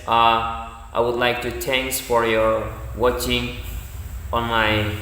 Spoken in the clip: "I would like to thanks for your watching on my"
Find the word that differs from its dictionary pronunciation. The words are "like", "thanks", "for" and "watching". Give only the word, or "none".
thanks